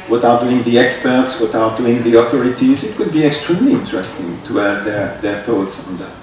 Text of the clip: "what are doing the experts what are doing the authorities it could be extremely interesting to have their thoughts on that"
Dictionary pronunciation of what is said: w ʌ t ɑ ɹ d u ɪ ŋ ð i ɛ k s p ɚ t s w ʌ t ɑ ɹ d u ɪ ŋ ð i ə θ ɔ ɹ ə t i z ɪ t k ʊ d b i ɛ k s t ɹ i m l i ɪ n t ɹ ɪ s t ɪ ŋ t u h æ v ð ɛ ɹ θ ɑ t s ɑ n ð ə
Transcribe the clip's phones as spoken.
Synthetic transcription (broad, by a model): w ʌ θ ɑ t d u ɪ ŋ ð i ɛ k s p ɚ t s w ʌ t ɑ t d u ɪ ŋ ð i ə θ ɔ ɹ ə t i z ɪ t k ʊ d b i ɛ k s t ɹ i m l i ɪ n t ɹ ɪ s t ɪ ŋ t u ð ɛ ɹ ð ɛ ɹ θ ɑ t s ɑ n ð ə